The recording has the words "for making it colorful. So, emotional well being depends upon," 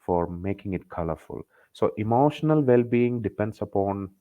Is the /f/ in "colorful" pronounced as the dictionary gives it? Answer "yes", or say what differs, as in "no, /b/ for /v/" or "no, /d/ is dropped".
yes